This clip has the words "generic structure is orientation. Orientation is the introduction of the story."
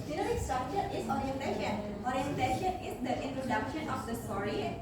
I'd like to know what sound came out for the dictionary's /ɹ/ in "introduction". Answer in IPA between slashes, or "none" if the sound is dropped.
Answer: /ɹ/